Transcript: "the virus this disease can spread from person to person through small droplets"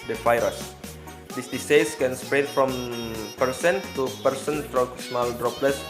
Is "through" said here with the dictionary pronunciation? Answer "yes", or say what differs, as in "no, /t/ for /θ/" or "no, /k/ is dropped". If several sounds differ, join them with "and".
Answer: no, /f/ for /θ/